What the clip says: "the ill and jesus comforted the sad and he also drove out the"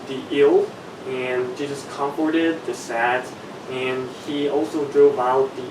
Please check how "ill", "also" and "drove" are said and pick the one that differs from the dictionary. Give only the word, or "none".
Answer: none